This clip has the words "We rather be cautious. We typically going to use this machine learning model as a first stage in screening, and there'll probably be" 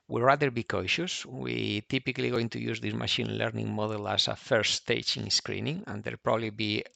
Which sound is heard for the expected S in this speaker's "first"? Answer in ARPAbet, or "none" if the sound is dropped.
none